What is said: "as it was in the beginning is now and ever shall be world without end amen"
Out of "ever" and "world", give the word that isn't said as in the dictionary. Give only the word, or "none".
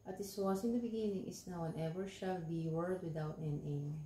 world